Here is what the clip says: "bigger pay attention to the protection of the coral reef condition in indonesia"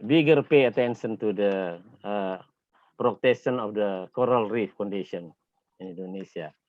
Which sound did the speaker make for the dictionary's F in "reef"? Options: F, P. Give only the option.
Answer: F